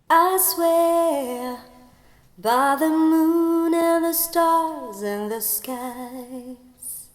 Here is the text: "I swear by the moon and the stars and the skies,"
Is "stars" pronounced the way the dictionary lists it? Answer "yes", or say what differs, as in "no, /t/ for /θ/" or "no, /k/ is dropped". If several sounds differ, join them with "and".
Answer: yes